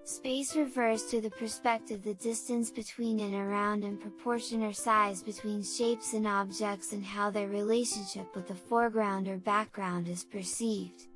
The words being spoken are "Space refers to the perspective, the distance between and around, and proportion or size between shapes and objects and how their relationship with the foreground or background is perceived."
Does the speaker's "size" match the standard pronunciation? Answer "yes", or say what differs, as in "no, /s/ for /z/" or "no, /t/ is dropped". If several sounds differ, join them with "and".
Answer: yes